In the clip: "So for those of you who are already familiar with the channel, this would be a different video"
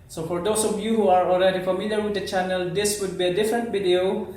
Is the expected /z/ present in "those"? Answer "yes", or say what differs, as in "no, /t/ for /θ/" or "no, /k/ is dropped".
no, /s/ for /z/